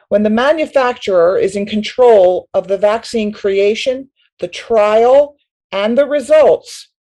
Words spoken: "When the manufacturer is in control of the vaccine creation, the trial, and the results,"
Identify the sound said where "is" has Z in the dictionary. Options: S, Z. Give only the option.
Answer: Z